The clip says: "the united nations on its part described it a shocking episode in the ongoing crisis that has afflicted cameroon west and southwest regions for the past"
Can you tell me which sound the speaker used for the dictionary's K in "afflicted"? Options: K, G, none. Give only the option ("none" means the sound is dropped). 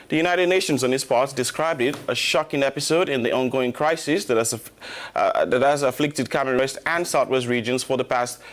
K